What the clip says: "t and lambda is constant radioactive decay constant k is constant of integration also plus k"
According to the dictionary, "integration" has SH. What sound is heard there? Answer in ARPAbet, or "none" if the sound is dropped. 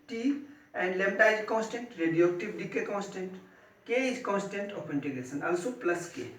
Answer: S